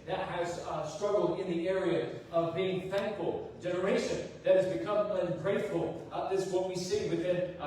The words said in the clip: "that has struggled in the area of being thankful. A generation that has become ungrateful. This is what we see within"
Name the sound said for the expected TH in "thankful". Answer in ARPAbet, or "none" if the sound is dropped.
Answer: TH